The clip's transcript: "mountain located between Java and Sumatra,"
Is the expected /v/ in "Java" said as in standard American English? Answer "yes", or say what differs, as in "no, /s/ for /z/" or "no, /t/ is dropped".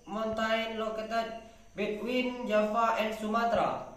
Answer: no, /f/ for /v/